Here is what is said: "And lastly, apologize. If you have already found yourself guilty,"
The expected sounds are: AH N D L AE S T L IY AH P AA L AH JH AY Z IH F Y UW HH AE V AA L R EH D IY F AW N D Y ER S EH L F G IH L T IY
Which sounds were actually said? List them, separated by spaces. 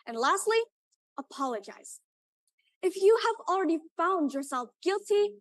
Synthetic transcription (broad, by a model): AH N L AE S T L IY AH P AA L AH JH AY Z IH F Y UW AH V L R EH D IY F AW N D Y ER S EH L F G IH L T IY